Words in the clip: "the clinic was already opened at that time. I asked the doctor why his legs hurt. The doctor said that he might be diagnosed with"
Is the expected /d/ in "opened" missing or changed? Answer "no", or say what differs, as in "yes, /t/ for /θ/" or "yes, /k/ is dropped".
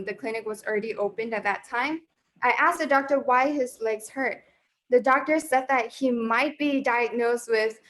no